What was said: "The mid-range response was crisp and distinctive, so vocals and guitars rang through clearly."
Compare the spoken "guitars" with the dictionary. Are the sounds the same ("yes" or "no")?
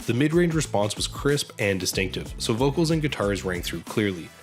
yes